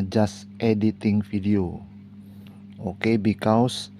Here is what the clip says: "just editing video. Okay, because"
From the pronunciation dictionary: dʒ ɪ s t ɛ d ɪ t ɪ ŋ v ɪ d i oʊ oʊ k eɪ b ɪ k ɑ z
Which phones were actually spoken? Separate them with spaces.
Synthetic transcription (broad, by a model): dʒ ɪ s t ɛ d ɪ t ɪ ŋ f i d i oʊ oʊ k eɪ b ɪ k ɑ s